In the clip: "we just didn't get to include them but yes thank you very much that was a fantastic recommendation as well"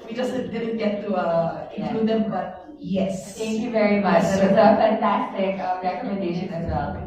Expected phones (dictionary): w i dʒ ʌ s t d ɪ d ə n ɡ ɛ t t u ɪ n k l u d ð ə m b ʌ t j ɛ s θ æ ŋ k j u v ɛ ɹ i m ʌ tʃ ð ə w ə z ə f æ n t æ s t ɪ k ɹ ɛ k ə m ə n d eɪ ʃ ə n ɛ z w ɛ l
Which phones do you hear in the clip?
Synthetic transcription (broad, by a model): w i dʒ ʌ s t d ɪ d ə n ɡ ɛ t t u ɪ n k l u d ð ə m b ʌ t j ɛ s t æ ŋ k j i v ɛ ɹ i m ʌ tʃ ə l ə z ə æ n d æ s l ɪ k ɹ ɛ k ə m ə n d eɪ ʃ ə n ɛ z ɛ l